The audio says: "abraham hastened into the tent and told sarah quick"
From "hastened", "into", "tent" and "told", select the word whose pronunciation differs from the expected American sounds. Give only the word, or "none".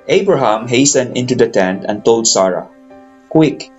none